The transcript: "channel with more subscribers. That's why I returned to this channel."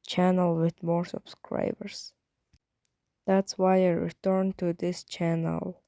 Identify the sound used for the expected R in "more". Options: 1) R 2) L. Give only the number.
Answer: 1